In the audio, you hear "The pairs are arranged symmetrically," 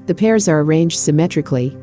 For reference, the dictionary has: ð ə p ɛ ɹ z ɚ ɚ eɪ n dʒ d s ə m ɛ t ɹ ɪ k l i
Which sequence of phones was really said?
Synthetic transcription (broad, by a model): ð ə p ɛ ɹ z ɚ ɚ eɪ n dʒ d s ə m ɛ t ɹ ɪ k l i